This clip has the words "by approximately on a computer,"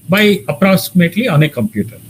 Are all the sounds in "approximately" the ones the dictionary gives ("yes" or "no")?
yes